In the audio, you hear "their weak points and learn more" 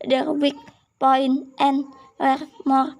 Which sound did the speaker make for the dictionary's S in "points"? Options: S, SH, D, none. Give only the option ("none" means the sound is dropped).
none